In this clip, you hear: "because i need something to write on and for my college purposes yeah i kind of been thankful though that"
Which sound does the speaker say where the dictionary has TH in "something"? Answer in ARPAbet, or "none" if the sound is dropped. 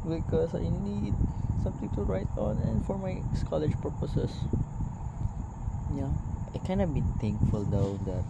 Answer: T